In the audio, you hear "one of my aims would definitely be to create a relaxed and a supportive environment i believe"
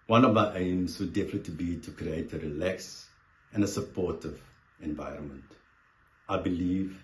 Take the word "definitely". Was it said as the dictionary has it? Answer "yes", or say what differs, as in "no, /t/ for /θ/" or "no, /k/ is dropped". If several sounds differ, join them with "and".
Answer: no, /l/ is dropped